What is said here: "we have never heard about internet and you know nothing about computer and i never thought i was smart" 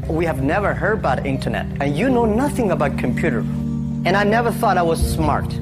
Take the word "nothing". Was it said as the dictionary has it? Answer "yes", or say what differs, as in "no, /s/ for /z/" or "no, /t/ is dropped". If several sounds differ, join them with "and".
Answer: yes